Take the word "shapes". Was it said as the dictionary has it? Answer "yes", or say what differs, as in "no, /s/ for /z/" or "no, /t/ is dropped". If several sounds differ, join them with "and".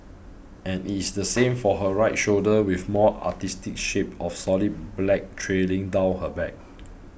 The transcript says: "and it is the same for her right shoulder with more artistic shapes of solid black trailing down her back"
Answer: no, /s/ is dropped